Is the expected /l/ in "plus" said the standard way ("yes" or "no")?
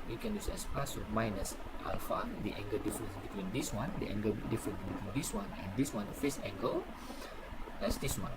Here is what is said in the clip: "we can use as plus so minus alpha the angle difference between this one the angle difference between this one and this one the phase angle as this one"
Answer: no